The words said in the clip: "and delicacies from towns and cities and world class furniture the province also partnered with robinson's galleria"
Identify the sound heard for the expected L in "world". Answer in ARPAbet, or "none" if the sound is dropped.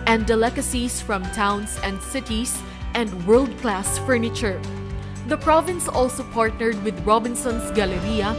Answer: L